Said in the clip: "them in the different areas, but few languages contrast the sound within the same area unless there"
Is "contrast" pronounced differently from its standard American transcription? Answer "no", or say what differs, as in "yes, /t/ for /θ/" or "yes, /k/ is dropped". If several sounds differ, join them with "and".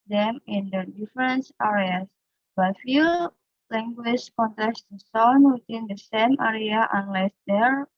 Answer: yes, /ɹ/ is dropped